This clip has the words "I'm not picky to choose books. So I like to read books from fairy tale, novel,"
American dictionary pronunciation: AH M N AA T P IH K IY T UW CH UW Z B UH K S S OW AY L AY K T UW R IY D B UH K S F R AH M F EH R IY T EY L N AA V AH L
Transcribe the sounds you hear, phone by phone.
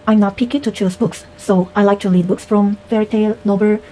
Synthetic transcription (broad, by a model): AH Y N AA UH P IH K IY T UW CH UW S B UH K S S OW AY L AY K T UW L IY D B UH K S F R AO M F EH R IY T EY L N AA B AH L